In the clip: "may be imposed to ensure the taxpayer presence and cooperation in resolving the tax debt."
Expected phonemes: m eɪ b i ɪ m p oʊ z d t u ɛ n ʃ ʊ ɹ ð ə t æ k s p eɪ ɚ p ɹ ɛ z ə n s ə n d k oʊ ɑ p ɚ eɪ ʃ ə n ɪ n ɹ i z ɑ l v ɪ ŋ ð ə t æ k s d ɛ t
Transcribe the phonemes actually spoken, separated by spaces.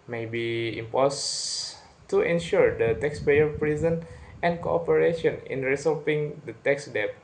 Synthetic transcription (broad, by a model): m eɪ b i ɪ m p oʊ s t u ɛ n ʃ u ɹ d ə t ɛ k s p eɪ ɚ p ɹ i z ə n ə n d k oʊ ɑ p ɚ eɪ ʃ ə n ɪ n ɹ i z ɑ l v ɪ ŋ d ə t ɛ k s d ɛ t